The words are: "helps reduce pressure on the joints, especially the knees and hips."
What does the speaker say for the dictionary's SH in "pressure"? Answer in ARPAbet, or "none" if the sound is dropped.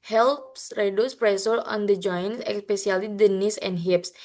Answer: S